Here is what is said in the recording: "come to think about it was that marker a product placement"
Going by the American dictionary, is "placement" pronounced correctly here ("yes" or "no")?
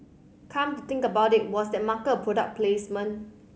no